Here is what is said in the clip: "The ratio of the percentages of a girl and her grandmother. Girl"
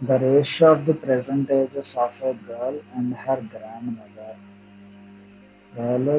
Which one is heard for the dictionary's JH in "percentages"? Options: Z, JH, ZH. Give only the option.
Z